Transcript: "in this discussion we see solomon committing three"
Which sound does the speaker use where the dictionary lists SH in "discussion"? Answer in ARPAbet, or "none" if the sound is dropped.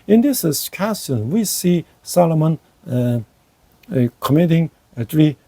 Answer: S